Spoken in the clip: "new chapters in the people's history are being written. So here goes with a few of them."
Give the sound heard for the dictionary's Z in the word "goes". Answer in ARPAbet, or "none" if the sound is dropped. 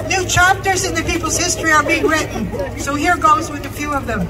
Z